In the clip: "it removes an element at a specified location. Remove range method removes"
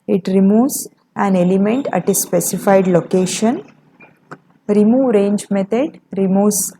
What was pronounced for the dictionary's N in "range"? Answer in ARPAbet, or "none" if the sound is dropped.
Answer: N